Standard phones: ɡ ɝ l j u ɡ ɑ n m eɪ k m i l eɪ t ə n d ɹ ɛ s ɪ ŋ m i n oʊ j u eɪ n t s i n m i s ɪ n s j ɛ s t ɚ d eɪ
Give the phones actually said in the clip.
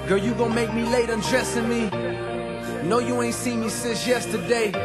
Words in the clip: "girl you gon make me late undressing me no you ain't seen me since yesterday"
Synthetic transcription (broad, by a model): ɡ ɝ j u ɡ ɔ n m eɪ k m i l eɪ t ə n d ɹ ɛ s ɪ ŋ m i n oʊ j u eɪ n t s i m i s ɪ n s j ɛ s t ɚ d eɪ